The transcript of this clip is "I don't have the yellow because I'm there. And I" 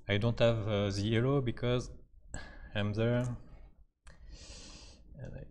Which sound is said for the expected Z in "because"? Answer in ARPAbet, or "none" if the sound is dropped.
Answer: Z